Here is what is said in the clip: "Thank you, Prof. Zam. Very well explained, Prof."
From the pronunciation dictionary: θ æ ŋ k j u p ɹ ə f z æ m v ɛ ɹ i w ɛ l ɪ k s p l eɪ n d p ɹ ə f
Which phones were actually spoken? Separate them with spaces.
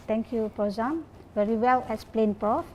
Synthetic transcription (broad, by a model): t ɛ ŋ k j u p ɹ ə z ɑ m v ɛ ɹ i w ɛ l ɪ s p l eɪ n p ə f